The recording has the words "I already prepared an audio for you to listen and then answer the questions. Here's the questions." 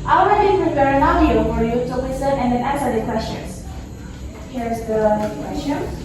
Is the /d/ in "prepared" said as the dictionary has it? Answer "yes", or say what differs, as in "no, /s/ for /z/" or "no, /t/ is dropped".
no, /d/ is dropped